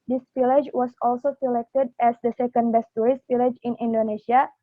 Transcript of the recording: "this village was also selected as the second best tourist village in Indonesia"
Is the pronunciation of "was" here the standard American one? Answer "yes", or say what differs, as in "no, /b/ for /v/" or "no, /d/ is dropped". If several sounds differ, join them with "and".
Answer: no, /s/ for /z/